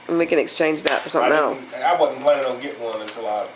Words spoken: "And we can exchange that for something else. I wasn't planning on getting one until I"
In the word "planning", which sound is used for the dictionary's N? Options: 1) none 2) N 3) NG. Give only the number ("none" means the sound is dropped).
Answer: 1